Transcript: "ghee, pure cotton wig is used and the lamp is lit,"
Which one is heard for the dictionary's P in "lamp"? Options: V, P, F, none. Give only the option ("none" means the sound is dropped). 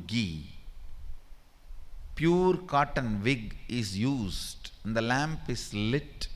P